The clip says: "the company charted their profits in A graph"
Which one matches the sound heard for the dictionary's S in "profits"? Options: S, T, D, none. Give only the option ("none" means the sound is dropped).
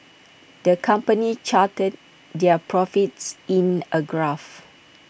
S